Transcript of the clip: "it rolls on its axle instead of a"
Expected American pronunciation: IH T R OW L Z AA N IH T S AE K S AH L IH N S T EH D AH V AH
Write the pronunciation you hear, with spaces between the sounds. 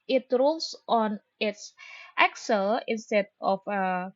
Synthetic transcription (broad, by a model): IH T R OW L S AA N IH T S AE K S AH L IH N S T EH D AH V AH